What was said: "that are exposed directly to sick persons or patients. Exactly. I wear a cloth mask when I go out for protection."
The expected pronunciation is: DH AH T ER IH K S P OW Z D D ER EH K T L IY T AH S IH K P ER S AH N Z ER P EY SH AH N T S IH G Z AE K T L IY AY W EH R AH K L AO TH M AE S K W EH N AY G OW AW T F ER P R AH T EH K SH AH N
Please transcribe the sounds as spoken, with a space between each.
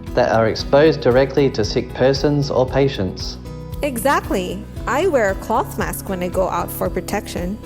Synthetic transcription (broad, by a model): DH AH T ER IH K S P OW Z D D ER EH K T L IY T AH S IH K P ER S AH N Z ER P EY SH AH N T S IH G Z AE K T L IY AY W EH R AH K L AO TH M AE S K W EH N AY G OW AW T F ER P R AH T EH K SH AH N